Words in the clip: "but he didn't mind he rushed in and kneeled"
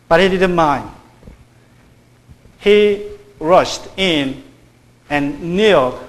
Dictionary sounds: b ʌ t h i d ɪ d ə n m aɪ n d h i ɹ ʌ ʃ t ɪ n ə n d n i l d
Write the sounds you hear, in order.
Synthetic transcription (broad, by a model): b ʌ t h i d ɪ d ə n m aɪ n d h i ɹ ʌ ʃ t ɪ n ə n n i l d